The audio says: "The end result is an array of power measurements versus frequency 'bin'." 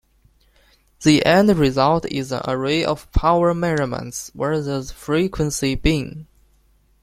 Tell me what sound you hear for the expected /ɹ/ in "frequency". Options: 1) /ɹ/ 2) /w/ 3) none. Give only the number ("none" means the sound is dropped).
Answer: 1